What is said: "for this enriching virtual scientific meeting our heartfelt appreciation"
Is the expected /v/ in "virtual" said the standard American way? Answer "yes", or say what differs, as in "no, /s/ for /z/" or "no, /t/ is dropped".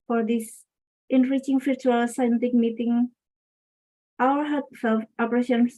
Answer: no, /f/ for /v/